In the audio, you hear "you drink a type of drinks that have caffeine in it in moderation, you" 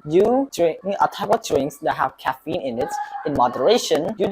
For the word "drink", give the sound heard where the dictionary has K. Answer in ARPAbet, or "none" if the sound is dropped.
none